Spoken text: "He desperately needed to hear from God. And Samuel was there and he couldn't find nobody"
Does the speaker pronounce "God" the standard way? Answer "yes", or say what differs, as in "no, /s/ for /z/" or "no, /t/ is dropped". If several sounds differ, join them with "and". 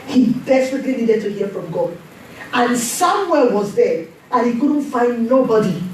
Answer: no, /d/ is dropped